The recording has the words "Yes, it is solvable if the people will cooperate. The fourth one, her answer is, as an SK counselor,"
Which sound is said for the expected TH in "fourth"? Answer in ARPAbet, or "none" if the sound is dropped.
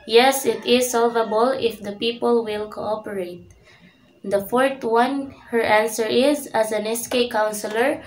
T